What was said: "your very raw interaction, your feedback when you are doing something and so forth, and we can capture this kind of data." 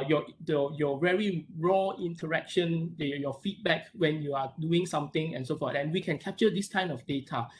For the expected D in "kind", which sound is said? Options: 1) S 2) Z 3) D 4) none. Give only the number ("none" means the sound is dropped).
4